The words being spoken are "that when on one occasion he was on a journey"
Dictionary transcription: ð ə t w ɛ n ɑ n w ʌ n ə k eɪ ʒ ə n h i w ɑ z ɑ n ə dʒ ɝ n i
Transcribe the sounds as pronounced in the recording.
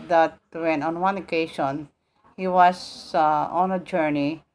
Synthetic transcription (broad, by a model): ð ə t w ɛ n ɑ n w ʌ n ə k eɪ ʃ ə n h i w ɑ s ɑ n ə dʒ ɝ n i